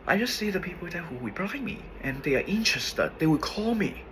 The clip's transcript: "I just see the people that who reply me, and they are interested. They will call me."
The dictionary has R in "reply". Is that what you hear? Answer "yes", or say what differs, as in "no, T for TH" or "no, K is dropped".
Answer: no, W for R